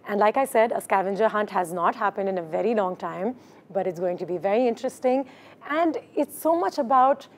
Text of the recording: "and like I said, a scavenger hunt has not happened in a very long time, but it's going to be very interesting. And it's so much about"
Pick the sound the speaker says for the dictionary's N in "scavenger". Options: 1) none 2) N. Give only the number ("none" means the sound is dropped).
2